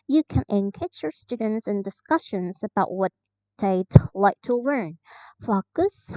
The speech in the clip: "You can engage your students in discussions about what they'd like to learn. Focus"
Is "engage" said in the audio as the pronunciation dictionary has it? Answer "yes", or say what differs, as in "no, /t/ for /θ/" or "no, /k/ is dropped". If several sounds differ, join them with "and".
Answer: no, /tʃ/ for /dʒ/